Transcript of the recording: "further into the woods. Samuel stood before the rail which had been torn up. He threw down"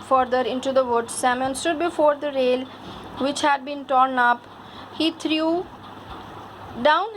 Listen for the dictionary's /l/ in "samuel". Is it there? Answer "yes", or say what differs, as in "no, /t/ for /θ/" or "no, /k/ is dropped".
no, /n/ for /l/